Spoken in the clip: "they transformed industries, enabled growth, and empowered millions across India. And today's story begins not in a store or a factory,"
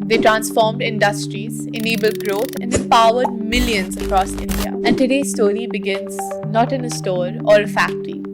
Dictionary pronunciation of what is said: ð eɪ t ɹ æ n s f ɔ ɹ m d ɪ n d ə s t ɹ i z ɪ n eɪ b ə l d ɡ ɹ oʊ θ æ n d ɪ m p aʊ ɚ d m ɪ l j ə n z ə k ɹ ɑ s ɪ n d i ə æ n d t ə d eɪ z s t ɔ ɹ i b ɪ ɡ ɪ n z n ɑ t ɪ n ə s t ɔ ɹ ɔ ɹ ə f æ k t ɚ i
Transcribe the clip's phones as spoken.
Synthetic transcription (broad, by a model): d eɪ t ɹ æ n s f ɔ ɹ m d ɪ n d ə s t ɹ i z ɪ n eɪ b ə l d ɡ ɹ oʊ t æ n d ɪ m p aʊ ɚ d m ɪ l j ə n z ə k ɹ ɑ s ɪ n d i ə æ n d t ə d eɪ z s t ɔ ɹ i b ɪ ɡ ɪ n z n ɑ t ɪ n ə s t ɔ ɹ ɔ ɹ ə f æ k t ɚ i